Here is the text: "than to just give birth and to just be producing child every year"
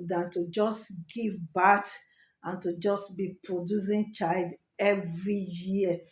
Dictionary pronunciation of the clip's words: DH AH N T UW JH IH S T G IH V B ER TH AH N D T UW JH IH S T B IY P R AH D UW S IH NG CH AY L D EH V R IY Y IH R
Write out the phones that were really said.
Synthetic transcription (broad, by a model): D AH N T UW JH IH S T G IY V B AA T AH N T UW JH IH S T B IY P R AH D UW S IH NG CH AY L D EH V R IY Y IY